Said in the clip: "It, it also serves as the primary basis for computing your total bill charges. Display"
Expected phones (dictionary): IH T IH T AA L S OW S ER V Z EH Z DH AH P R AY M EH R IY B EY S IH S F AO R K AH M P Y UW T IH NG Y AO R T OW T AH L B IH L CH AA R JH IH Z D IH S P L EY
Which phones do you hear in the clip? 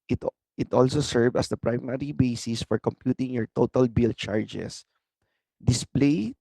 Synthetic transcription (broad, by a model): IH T IH T AA L S OW S ER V AH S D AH P R AY M EH R IY B EY S IH S F AO R K AH M P Y UW T IH NG Y AO R T OW T AH L B IH L CH AA R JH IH S D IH S P L EY